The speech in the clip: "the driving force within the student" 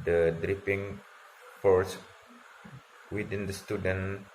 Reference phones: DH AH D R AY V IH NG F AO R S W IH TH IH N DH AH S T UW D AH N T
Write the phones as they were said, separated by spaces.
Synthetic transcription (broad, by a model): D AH D R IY P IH NG F AO R S W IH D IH N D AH S T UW D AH N